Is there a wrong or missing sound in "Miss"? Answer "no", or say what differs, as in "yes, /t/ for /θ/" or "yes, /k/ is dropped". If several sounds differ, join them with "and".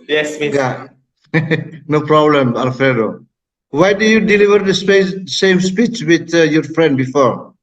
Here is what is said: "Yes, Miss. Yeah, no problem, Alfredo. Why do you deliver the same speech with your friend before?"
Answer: yes, /s/ is dropped